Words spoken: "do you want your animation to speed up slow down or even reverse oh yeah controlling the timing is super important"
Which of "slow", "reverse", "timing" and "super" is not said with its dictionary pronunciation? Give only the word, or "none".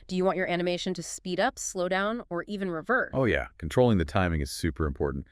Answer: reverse